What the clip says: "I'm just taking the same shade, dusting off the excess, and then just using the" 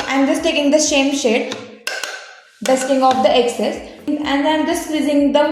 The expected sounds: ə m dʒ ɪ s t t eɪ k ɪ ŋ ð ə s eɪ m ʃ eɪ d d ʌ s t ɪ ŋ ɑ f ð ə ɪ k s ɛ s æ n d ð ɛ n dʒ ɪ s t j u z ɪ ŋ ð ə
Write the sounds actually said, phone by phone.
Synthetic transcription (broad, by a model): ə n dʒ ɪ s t t eɪ k ɪ ŋ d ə ʃ eɪ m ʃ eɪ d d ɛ s t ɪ ŋ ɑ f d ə ɪ k s ɛ s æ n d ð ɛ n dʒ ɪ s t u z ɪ ŋ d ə